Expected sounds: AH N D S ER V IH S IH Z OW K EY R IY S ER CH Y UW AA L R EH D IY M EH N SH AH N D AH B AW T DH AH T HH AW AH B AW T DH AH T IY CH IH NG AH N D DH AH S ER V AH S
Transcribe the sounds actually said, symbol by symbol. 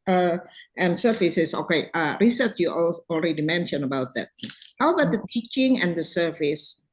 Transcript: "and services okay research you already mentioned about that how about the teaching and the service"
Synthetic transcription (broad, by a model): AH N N S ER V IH S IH S OW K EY R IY S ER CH Y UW AA L R EH D IY M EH N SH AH N AH B AW T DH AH T HH AW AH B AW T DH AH T IY CH IH NG AH N D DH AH S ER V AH S